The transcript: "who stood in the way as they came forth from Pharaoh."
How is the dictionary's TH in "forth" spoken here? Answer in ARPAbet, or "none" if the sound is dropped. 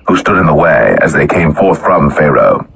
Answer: TH